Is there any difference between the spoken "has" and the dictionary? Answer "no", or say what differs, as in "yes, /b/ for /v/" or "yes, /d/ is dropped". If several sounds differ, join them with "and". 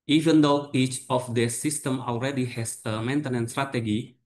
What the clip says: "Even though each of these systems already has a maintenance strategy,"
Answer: yes, /s/ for /z/